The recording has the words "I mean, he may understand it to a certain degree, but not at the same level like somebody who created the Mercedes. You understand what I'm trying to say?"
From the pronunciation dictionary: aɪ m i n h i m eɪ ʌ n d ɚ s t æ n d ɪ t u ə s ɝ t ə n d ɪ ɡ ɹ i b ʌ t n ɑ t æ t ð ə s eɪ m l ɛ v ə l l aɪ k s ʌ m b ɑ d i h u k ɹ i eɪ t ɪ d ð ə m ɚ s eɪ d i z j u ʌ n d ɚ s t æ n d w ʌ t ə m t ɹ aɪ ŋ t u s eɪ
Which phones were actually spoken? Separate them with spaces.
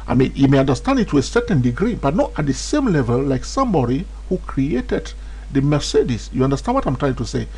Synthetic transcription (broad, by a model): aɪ m i n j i m eɪ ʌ n d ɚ s t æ n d ɪ t u ə s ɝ t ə n d ɪ ɡ ɹ i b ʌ t n ɑ t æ t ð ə s eɪ m l ɛ v ə l l aɪ k s ʌ m b ɑ d i h u k ɹ i eɪ t ɪ d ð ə m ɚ s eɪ d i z j u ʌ n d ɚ s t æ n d w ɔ t ə m t ɹ aɪ ŋ t u s eɪ